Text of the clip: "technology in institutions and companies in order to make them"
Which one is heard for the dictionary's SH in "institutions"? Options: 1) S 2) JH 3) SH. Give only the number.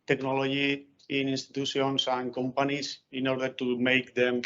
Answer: 1